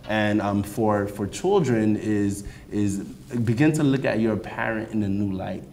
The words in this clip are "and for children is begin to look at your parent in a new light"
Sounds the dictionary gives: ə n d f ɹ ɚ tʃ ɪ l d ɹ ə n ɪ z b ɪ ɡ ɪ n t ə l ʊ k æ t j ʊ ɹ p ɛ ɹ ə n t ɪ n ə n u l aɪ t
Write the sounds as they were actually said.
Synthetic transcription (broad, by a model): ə n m f ɹ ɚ tʃ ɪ l d ɹ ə n ɪ z b ɪ ɡ ɪ n t ə l ʊ k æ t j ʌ ɹ p ɛ ɹ ə n t ɪ n ə n u l aɪ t